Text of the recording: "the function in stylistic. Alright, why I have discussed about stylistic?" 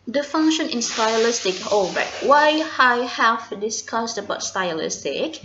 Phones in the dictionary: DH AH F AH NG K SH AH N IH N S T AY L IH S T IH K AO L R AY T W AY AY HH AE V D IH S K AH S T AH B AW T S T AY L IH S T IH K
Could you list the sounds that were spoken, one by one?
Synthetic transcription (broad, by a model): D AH F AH NG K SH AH N IH N S T AY L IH S T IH K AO R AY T W AY AY HH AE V D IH S K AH S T AH B AW T S T AY L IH S T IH K